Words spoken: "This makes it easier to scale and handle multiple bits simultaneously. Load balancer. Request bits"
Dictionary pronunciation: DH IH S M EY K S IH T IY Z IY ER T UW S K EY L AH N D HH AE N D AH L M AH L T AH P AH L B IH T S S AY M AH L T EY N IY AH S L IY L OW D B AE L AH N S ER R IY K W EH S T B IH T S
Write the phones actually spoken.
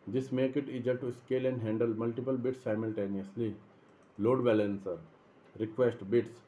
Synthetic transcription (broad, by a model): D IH S M EY K IH T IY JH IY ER T UW S K EY L AH N D HH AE N D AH L M AH L T AH P AH L B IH T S S AY M AH L T EY N IY AH S L IY L OW D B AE L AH N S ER R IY K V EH S T B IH T S